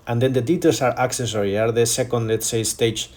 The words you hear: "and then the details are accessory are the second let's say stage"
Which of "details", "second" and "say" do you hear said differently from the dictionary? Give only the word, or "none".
details